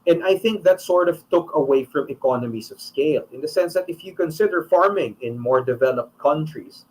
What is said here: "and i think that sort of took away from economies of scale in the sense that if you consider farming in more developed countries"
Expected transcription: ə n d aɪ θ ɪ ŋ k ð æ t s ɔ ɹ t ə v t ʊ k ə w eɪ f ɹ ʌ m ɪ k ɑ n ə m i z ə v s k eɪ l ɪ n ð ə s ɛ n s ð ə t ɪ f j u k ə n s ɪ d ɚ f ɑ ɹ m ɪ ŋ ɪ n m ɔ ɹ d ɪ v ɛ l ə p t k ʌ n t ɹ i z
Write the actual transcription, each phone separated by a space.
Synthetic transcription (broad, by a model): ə n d aɪ θ ɪ ŋ k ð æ t s ɔ ɹ t ə v t ʊ k ə w eɪ f ɹ ʌ m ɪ k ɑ n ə m i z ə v s k eɪ l ɪ n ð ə s ɛ n s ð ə t ɪ f j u k ə n s ɪ d ɚ f ɑ ɹ m ɪ ŋ ɪ n m ɔ ɹ d ɪ v ɛ l ə p t k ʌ n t ɹ i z